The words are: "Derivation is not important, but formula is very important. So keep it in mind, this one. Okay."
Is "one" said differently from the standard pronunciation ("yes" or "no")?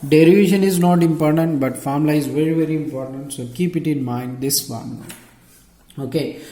yes